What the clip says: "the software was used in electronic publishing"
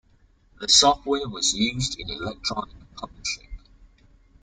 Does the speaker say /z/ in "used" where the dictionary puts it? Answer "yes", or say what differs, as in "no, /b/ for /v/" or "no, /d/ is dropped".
yes